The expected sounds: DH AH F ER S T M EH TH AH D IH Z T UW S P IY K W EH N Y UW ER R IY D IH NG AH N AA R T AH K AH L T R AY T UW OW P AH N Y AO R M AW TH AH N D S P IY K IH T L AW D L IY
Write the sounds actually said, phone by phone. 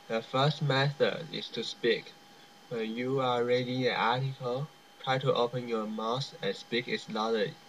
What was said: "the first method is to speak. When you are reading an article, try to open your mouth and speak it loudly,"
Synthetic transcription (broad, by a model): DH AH F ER S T M EH TH AH D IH S T UW S P IY K W EH N Y UW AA R IY D IH NG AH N AA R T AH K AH L T R AY T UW OW P AH N Y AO M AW S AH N S P IY K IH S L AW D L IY